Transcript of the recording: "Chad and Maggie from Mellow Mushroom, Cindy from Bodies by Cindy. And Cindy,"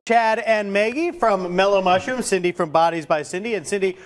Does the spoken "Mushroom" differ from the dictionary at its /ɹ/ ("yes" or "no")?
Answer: yes